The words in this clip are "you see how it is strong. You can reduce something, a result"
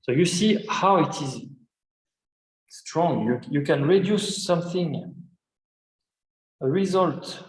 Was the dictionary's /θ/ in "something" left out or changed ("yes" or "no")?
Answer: no